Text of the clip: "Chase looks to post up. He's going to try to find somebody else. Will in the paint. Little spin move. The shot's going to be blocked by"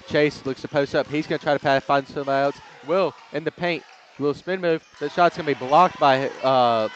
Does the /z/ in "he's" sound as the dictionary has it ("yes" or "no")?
yes